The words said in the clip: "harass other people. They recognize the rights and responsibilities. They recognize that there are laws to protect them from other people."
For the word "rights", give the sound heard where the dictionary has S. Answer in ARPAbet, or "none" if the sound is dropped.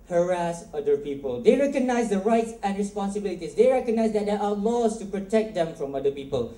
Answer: S